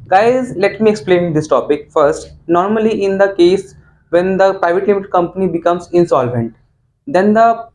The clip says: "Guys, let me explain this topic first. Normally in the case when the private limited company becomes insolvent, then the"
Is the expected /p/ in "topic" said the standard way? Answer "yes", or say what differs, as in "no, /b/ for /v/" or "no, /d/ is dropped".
yes